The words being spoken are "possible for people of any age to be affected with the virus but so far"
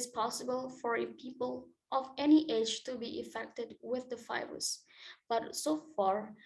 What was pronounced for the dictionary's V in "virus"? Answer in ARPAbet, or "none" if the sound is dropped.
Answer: F